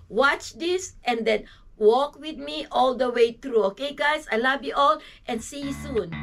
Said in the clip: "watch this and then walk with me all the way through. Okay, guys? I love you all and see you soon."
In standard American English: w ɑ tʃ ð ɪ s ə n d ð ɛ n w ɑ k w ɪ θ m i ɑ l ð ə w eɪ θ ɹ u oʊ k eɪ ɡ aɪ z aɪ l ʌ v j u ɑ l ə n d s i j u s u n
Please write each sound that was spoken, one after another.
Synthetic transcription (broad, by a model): w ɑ tʃ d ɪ s ə n d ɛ n w ɑ k w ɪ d m i ɑ l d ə w eɪ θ ɹ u oʊ k eɪ ɡ aɪ s aɪ l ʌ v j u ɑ l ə n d s i j u s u n